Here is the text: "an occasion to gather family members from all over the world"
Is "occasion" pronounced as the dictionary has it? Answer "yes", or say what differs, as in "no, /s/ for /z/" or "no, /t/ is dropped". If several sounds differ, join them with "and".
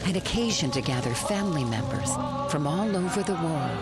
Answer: yes